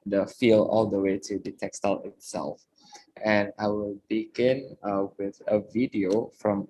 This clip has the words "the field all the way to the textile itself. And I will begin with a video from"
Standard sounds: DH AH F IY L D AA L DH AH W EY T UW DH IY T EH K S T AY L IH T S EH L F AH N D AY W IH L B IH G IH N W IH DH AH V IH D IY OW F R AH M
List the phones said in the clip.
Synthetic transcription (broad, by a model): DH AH F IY L AA L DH AH W EY T UW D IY T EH K S T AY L IH T S EH L F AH N AY W IH L B IH G IH N W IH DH AH V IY D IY OW F R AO M